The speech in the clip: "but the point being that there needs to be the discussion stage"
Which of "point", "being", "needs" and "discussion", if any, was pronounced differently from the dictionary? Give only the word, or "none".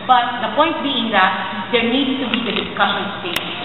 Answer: needs